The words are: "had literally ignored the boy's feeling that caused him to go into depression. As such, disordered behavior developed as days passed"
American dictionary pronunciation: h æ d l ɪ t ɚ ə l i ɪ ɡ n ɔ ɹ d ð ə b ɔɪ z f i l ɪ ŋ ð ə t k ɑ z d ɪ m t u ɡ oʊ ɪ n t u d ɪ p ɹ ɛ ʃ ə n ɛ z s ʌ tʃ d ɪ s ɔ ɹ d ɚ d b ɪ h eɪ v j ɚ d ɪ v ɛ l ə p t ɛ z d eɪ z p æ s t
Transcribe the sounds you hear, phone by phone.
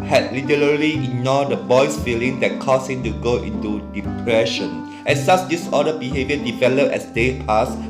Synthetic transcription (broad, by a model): h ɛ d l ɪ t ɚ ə l i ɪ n ɔ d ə b ɔɪ s f i l ɪ ŋ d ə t k ɑ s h ɪ m t u ɡ oʊ ɪ n t u d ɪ p ɹ ɛ ʃ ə n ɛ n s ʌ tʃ d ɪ s ɔ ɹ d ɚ b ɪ h eɪ v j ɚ d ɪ v ɛ l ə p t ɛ s d eɪ p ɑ s